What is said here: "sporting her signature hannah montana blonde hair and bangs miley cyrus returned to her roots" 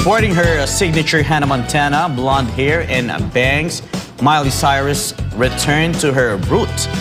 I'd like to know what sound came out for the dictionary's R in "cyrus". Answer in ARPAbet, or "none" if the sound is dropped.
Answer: R